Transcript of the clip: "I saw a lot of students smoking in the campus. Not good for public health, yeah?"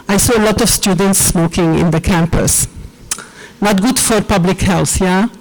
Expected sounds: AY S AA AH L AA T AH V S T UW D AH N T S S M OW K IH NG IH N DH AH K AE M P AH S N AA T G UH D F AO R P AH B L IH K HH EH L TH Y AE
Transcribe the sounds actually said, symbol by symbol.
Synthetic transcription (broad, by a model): AY S AA AH L AA T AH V S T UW D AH N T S S M OW K IH NG IH N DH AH K AE M P AH S N AA T G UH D F AO R P AH B L IH K HH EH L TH Y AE